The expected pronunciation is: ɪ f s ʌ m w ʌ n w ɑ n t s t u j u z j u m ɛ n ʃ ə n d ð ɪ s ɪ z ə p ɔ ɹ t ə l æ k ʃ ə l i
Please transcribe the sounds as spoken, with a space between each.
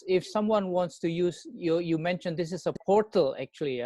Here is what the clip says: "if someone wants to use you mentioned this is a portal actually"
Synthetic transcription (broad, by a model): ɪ f s ʌ m w ʌ n w ɑ n t s t u j u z j u m ɛ n ʃ ə n d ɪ s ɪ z ə p ɔ ɹ t ə l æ k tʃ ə l i